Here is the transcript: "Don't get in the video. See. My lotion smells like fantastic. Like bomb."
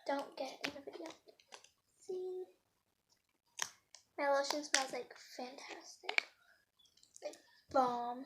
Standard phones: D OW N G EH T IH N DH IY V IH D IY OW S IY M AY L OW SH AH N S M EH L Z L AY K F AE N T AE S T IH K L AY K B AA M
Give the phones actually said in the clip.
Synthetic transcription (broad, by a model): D OW N G EH T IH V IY B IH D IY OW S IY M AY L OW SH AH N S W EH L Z L AY K F AE N T AE S T IH K L AY K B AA M